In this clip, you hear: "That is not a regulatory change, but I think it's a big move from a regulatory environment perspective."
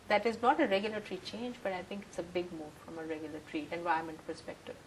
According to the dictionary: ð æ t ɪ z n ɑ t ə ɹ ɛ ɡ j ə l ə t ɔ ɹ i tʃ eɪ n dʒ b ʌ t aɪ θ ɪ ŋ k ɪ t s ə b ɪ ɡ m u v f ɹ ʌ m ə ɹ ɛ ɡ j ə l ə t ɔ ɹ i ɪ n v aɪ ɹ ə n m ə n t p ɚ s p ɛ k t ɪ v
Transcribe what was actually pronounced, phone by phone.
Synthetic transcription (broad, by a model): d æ t ɪ z n ɑ t ə ɹ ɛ ɡ j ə l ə t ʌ ɹ i tʃ eɪ n dʒ b ʌ t aɪ t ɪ ŋ k ɪ t s ə b ɪ ɡ m u v f ɹ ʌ m ə ɹ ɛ ɡ j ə l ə t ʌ ɹ i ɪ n v aɪ ə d m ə n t p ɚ s p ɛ k t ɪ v